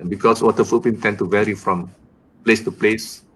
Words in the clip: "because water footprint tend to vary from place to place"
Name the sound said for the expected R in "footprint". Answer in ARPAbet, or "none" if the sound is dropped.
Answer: none